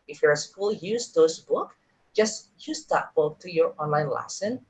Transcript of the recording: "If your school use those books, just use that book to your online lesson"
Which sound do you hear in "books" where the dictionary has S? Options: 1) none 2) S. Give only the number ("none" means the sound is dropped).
1